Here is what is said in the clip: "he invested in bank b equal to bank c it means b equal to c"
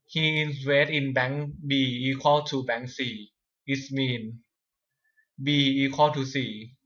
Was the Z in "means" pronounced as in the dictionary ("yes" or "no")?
no